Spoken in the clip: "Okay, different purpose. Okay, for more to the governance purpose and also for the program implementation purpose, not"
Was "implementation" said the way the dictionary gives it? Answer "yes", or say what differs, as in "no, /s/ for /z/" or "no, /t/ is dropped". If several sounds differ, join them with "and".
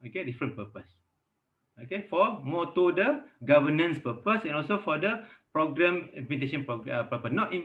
no, /l/ is dropped